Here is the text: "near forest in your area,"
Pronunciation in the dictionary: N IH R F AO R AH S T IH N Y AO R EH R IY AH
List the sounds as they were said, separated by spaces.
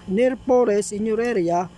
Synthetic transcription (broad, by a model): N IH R P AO R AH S IH N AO R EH R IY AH